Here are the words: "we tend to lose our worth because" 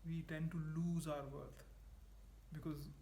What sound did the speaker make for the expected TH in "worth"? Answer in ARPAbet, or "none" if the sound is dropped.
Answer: T